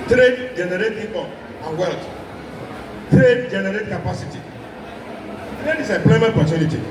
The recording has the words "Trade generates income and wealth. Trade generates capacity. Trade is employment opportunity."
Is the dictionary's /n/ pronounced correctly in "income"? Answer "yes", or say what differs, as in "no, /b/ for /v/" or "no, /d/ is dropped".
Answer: no, /n/ is dropped